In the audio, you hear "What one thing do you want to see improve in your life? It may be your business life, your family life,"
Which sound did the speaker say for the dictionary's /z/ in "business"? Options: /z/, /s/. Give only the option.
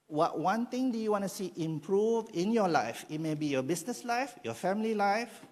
/s/